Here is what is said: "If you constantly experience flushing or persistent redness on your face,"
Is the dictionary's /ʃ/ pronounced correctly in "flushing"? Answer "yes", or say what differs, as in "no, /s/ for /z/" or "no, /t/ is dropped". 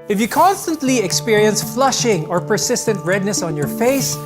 yes